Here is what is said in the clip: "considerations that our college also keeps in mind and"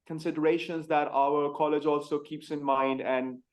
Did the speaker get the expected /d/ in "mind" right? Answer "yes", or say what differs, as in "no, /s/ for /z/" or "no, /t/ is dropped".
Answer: yes